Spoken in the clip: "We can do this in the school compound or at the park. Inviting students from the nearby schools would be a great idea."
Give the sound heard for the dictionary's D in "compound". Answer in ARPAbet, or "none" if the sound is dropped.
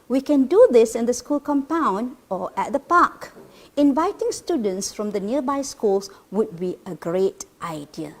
D